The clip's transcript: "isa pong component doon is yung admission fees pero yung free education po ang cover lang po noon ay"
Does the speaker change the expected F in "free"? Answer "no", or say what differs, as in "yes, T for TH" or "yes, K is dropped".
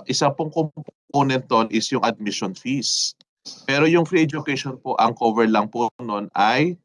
no